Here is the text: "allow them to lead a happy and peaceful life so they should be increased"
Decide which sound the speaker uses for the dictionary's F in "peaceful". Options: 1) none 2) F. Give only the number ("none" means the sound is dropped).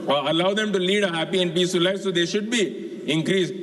1